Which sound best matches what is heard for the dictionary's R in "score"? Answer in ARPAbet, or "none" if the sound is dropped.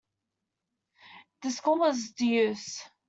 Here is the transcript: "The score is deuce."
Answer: L